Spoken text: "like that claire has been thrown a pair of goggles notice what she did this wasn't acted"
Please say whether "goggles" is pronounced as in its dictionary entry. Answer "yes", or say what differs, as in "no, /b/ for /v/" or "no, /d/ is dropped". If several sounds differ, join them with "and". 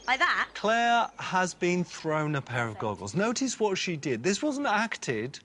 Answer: yes